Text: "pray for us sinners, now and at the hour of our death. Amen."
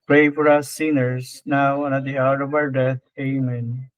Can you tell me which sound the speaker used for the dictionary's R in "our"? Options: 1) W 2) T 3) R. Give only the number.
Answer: 1